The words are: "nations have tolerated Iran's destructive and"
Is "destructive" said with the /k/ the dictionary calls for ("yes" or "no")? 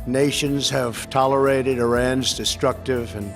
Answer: yes